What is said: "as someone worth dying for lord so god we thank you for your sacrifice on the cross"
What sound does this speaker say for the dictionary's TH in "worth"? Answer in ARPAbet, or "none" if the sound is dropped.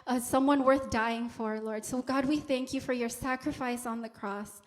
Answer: TH